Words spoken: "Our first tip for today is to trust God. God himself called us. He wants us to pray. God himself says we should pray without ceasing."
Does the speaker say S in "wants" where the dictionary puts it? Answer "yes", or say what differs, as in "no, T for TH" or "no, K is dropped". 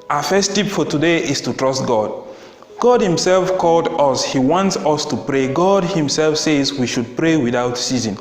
yes